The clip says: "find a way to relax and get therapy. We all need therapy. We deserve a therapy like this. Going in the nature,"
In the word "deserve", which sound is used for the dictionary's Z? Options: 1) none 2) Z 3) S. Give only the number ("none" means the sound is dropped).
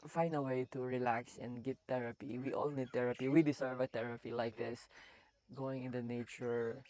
3